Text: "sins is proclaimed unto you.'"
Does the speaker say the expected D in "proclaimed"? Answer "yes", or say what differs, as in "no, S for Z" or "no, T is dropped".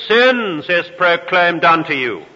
yes